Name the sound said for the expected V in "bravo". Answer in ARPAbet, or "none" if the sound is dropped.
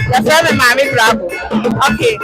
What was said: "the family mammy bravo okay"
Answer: B